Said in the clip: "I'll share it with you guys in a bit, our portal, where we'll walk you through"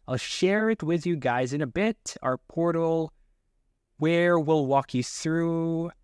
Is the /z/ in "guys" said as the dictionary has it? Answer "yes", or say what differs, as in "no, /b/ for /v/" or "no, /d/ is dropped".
yes